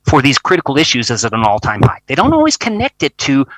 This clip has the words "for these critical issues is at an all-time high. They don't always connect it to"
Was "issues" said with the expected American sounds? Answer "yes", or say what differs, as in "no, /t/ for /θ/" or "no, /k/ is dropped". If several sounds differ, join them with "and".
yes